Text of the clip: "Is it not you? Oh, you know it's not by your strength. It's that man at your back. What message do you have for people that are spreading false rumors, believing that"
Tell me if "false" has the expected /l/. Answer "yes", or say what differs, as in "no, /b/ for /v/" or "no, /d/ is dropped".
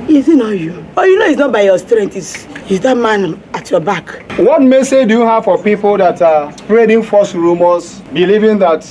no, /l/ is dropped